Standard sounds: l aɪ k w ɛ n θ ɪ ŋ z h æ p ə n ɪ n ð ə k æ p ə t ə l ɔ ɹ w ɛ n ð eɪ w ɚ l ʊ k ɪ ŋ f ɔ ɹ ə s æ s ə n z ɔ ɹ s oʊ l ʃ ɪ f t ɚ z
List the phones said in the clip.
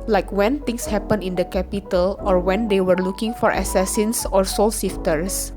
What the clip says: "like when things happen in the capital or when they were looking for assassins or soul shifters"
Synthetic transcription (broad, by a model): l aɪ k w ɛ n t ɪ ŋ s h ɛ p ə n ɪ n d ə k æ p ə t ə l ɔ ɹ w ɛ n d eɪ w ɚ l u k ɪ ŋ f ɔ ɹ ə s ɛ s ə n s ɔ ɹ s oʊ l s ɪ f t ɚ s